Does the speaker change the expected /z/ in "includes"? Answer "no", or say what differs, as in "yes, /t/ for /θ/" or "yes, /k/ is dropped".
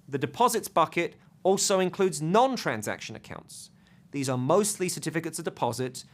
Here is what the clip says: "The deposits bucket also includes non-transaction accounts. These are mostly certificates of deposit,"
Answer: no